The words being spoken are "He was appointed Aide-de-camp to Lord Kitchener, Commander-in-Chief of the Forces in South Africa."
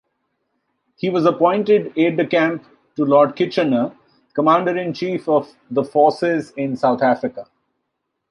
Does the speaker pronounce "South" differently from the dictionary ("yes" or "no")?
yes